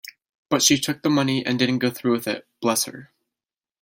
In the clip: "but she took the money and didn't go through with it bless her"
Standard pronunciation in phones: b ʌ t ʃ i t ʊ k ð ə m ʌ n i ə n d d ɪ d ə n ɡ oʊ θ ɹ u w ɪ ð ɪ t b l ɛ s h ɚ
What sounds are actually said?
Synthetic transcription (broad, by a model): b ʌ t ʃ i t ʊ k ð ə m ʌ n i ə n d d ɪ d n ɡ oʊ θ ɹ u w ɪ ð ɪ t b l ɛ s h ɚ